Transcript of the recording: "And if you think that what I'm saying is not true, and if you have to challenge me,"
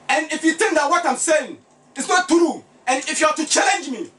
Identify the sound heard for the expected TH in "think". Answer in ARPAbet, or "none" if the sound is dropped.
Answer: T